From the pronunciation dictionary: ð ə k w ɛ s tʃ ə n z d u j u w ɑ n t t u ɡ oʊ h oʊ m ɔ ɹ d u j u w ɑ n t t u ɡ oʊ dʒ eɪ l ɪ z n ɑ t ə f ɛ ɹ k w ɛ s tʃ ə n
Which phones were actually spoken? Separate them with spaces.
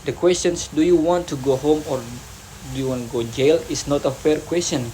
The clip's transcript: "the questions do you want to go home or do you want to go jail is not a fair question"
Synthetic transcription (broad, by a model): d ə k w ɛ s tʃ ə n s d u j u w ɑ n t t u ɡ oʊ h oʊ m ɔ ɹ d u j u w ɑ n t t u ɡ oʊ dʒ eɪ l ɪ s n ɑ t ə f ɛ ɹ k w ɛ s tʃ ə n